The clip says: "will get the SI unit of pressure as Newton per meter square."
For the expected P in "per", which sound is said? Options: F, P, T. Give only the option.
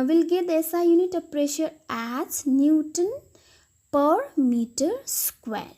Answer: P